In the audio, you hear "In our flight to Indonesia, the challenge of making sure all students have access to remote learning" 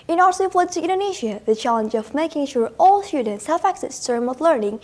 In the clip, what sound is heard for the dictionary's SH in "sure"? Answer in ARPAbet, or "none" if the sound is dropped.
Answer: SH